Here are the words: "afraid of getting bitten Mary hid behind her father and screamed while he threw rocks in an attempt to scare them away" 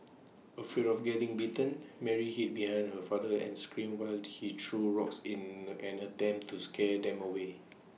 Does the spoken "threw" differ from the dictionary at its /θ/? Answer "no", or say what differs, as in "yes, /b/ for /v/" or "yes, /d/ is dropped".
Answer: yes, /t/ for /θ/